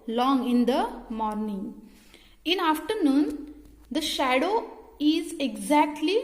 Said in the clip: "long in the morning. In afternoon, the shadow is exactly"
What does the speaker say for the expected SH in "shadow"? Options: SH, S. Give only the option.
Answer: SH